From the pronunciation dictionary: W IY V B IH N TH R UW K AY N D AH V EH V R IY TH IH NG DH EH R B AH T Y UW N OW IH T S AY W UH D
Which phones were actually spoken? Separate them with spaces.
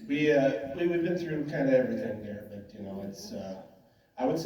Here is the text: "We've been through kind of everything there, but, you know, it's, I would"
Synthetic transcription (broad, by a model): W IY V B IH N TH R UW K AY N D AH EH V R IY TH IH NG DH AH R B AH T Y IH N OW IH T S AY W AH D